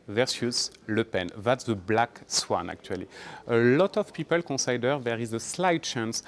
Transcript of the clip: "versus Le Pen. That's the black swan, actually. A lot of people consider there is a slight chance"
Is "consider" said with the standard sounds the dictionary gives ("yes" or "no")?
no